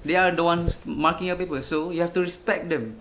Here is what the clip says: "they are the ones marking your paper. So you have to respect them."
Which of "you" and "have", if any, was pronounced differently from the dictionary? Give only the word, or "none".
have